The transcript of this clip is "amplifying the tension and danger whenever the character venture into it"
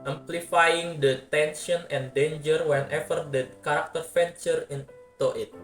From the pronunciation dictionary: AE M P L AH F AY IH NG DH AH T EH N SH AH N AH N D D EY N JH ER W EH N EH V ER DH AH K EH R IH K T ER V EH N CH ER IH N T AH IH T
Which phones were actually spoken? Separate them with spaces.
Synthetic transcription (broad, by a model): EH M P L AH F AY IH NG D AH T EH N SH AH N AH N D D EY N JH ER W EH N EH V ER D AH K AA R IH K T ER F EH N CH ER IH N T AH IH T